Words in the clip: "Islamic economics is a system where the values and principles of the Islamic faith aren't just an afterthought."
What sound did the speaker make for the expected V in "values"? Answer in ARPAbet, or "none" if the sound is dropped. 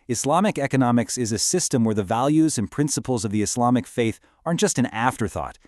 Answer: V